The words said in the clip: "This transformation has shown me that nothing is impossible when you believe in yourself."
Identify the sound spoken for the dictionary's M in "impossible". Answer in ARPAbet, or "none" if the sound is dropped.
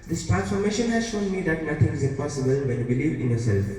none